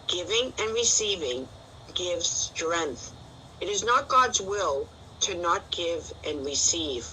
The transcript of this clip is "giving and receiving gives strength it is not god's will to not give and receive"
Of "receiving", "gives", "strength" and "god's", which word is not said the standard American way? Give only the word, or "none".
none